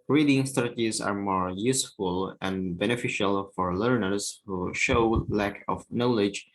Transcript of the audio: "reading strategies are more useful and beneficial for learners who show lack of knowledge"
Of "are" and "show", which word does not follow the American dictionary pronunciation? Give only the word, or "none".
none